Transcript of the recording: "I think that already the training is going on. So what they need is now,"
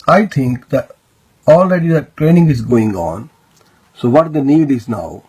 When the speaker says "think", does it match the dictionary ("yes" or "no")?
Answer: no